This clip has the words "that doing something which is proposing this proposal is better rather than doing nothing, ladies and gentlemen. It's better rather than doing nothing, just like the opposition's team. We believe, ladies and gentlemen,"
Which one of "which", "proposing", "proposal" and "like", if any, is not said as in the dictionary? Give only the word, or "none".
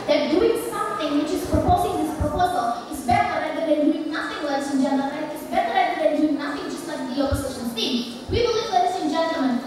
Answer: none